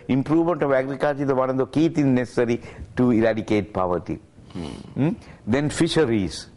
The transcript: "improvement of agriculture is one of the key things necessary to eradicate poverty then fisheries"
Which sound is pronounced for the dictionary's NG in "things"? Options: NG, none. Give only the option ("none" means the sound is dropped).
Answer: none